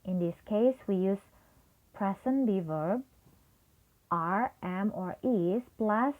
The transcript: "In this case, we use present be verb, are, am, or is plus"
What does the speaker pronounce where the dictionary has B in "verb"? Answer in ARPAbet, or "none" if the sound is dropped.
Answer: B